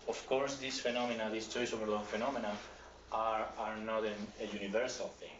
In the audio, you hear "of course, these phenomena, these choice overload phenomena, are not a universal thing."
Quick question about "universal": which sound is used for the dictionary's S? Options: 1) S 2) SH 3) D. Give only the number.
1